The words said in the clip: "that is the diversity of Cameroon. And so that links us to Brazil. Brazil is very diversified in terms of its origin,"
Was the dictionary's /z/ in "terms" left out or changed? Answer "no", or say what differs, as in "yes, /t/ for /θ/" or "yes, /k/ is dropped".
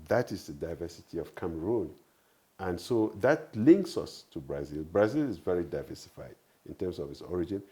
yes, /s/ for /z/